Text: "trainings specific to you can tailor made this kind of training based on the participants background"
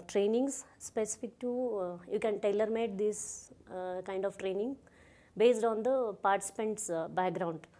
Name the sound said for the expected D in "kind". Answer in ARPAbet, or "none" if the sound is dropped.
D